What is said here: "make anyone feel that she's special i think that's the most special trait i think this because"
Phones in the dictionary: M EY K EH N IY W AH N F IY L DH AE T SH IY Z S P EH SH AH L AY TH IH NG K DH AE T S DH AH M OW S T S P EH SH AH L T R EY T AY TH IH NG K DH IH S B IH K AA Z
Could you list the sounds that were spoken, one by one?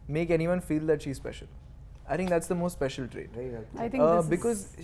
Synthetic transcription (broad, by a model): M EY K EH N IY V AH N F IY L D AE T SH IY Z S P EH SH AH L AY T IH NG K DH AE T S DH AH M OW S T S P EH SH AH L T R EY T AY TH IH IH B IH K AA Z